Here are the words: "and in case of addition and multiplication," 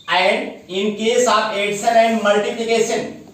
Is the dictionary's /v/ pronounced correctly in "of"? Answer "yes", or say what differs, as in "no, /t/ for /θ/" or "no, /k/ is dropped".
no, /p/ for /v/